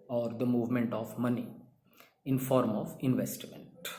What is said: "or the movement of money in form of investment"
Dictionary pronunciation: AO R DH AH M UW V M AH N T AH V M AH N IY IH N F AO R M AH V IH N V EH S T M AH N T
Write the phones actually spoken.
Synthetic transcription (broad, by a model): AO R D AH M UW V M AH N T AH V M AH N IY IH N F AO R M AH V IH N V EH S T M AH N T